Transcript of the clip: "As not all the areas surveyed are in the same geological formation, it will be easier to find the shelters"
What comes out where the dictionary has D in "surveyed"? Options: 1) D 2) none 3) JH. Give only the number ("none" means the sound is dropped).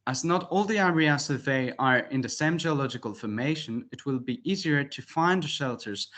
2